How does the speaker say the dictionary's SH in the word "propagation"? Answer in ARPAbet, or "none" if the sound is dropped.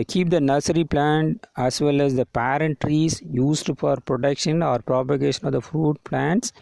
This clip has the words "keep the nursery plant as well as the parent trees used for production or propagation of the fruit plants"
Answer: SH